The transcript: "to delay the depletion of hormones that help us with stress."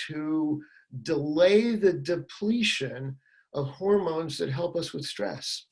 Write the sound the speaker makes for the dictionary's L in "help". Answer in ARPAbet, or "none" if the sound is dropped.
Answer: L